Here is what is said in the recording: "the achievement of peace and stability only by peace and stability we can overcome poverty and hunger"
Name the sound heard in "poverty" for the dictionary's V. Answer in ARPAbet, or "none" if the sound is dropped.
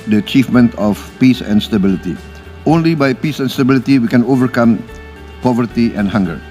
V